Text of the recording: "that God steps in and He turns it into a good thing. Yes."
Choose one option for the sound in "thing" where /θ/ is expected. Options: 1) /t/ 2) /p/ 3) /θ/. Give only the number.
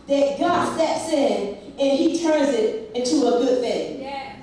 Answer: 3